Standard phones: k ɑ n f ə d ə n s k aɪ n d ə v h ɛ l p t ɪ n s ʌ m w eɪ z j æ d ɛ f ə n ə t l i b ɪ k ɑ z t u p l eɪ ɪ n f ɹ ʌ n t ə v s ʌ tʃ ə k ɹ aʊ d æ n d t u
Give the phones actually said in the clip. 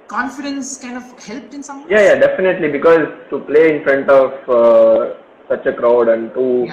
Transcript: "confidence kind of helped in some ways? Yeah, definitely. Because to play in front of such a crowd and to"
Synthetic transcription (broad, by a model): k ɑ n f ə d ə n s k aɪ n d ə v h ɛ l p t ɪ n s ʌ m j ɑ j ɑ d ɛ f ə n ə t l i b ɪ k ɑ z t u p l eɪ ɪ n f ɹ ʌ n t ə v s ʌ tʃ ə k ɹ aʊ d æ n d t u